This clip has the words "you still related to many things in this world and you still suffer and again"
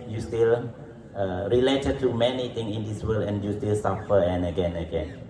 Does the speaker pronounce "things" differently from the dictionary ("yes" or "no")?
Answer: yes